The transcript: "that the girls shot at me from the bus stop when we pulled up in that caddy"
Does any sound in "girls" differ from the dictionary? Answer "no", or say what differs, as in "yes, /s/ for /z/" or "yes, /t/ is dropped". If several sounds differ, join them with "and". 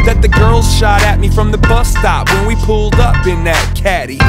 no